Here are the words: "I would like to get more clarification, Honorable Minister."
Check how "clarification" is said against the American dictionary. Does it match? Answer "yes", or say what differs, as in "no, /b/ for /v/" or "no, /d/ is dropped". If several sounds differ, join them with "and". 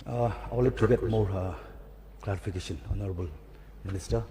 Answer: no, /p/ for /f/